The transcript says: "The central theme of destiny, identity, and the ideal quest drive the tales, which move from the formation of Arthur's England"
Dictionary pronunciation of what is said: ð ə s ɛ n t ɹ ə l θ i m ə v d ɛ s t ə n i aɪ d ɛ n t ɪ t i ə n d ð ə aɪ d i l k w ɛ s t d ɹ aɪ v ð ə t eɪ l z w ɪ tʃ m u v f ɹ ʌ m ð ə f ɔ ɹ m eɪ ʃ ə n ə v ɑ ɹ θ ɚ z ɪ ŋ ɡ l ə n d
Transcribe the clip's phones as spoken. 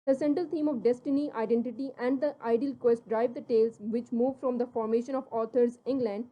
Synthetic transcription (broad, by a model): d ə s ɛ n t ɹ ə l t i m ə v d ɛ s t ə n i aɪ d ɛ n t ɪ t i ə n d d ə aɪ d i l k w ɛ s t d ɹ aɪ v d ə t eɪ l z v ɪ tʃ m u v f ɹ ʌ m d ə f ɔ ɹ m eɪ ʃ ə n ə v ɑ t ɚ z ɪ ŋ ɡ l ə n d